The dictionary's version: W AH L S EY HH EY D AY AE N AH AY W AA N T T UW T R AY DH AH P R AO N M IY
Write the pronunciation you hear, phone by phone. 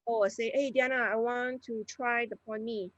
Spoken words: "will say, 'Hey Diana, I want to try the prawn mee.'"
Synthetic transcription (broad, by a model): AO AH S EY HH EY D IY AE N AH AY W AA N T T UW T R AY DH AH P AO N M IY